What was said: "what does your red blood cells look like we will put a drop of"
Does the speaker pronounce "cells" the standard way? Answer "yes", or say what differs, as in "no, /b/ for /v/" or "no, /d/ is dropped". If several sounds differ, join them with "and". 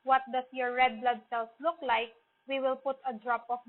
no, /s/ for /z/